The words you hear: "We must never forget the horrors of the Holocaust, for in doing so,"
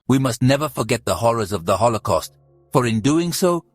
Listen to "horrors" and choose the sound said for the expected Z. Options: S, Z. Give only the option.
Z